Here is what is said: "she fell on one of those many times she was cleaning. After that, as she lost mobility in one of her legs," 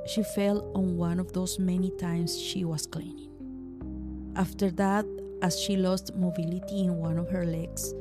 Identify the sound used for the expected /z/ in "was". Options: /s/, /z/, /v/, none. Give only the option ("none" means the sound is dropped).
/s/